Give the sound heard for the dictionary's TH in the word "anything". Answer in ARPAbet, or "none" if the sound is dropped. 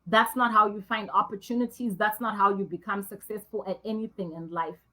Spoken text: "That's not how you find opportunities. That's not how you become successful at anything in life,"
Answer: TH